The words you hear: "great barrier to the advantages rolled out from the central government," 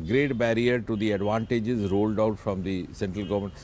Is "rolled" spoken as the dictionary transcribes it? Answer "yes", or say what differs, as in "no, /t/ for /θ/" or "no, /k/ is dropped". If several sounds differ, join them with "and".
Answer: yes